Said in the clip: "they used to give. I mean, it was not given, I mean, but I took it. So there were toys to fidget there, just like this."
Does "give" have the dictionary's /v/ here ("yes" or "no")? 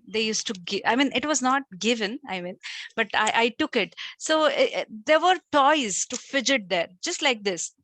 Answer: no